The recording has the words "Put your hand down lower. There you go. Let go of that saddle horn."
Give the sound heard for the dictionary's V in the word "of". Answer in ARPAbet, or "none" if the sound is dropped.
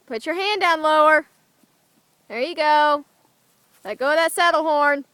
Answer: W